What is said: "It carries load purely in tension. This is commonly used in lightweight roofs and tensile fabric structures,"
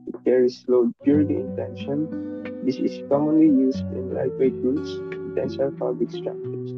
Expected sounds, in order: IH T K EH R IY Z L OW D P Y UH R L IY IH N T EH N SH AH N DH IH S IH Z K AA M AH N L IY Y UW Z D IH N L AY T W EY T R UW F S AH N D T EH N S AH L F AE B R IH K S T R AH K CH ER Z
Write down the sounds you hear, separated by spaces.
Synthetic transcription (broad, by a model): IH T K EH R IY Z L OW D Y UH R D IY IH N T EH N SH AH N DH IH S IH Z K AA M AH N L IY Y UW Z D IH N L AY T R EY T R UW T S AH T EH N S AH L P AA B L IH K S T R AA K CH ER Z